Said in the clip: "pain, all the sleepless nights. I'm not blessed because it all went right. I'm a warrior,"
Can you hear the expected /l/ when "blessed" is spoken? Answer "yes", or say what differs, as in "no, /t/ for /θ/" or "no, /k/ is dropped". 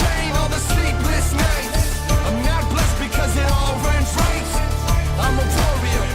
yes